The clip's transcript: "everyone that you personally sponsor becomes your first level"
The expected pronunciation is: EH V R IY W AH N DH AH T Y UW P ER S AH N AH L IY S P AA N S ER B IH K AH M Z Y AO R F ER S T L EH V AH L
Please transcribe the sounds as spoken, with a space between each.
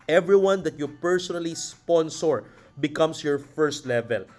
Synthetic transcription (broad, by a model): EH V R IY W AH N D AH T Y UW P ER S AH N AH L IY S P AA N S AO B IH K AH M S Y AO R F ER S T L EH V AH L